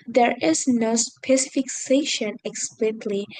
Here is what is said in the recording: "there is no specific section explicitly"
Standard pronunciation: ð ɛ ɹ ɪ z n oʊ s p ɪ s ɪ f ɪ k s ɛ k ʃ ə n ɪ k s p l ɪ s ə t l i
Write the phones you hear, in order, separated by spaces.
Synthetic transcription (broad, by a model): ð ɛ ɹ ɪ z n oʊ s p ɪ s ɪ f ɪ k s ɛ ʃ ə n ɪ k s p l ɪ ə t l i